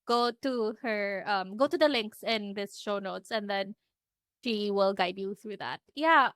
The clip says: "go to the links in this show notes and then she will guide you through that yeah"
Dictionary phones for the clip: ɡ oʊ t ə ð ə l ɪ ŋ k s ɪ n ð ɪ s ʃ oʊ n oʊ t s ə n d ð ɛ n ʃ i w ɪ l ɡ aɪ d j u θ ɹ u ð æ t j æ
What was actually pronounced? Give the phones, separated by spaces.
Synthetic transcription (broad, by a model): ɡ oʊ t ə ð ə l ɪ ŋ k s ɪ n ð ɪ s ʃ oʊ n oʊ t s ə n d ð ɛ n ʃ i w ɪ l ɡ aɪ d j u θ ɹ u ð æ t j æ